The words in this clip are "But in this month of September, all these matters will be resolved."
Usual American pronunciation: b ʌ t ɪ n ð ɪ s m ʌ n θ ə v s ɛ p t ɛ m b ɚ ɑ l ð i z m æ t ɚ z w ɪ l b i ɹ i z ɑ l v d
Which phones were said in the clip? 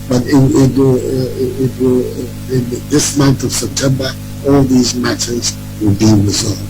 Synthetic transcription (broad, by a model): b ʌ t ɪ n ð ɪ s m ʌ n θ ə v s ɛ p t ɛ m b ɚ ɑ l ð i z m æ t ɚ z w ɪ l b i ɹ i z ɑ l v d